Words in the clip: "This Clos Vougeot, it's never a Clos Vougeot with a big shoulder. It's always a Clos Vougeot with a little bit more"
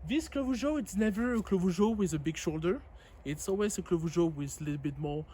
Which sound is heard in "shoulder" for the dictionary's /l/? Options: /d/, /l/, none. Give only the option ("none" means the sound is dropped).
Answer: /l/